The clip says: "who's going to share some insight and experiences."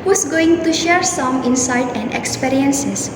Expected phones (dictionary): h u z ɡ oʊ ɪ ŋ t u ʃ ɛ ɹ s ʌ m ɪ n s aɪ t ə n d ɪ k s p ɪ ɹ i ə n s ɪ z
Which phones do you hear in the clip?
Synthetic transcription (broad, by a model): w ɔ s ɡ oʊ ɪ ŋ t u ʃ ɛ ɹ s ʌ m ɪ n s aɪ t ə n d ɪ k s p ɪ ɹ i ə n s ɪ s